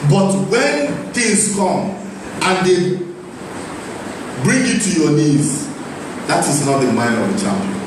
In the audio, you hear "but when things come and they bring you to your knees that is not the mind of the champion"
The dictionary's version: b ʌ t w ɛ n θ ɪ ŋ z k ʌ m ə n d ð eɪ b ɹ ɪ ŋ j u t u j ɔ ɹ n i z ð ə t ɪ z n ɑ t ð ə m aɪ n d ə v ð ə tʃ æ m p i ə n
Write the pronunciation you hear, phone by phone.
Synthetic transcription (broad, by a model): b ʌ t w ɛ n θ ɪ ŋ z k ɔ m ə n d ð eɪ b ɹ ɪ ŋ j u t u j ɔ n i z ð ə t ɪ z n ɑ t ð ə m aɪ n ə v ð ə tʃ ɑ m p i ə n